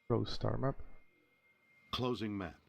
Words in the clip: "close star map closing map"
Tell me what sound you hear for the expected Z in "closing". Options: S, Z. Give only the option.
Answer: Z